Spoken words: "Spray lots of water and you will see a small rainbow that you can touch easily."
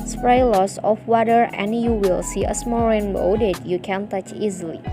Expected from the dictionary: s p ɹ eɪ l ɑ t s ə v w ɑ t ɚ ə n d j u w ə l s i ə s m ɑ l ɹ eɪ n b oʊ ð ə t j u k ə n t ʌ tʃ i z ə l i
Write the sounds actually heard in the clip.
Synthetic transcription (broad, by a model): s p ɹ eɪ l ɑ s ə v w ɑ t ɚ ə n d j u w ə l s i ə s m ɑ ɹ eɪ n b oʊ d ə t j u k ə n t ʌ tʃ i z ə l i